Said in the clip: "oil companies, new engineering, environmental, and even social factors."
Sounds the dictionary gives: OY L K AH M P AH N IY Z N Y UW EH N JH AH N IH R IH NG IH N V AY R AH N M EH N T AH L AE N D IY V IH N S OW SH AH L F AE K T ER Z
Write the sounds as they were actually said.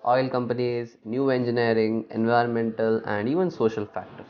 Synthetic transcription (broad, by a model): OY L K AH M P AH N IY Z N Y UW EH N JH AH N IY R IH NG IH N V AY R AH N M EH N T AH L AE N D IY V IH N S OW SH AH L F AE K T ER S